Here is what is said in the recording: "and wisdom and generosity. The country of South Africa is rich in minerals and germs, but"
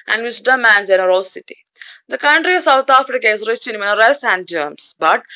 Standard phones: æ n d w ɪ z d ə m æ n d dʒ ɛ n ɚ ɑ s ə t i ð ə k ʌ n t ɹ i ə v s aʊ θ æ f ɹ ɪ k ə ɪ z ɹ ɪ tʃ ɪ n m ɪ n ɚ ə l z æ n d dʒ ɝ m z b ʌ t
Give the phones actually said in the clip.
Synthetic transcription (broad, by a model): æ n d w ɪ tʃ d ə m æ n d z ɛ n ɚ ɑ s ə t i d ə k ʌ n t ɹ i ə v s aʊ t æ f ɹ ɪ k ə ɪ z ɹ ɪ tʃ ɪ n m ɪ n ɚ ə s æ n d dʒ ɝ m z b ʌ t